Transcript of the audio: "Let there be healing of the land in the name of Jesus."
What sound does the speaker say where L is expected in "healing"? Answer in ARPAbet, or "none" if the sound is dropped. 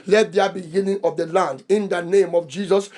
N